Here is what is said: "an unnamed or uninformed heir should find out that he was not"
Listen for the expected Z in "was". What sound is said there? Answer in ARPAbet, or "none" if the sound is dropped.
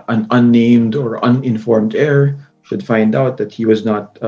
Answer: Z